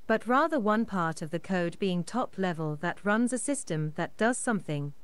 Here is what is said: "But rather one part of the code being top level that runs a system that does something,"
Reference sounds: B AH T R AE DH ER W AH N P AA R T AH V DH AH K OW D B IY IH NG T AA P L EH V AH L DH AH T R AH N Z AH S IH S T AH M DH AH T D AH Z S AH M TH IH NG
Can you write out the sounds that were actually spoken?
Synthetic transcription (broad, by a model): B AH T R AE DH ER W AH N P AA R T AH V DH AH K OW D B IY IH NG T AA P L EH V AH L DH AH T R AH N Z AH S IH S T AH M DH AH T D AH Z S AH M TH IH NG